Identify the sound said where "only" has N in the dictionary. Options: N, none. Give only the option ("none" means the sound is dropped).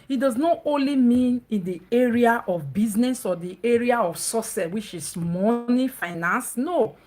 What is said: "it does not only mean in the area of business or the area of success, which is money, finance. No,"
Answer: N